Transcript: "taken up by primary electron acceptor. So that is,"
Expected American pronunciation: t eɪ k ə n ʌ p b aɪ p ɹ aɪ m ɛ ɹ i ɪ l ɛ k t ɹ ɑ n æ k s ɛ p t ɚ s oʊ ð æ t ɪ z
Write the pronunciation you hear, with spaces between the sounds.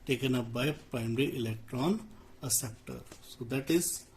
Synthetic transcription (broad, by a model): t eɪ k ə n ʌ p b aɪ p ɹ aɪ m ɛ ɹ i ɪ l ɛ k t ɹ ɑ n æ s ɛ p t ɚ s oʊ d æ t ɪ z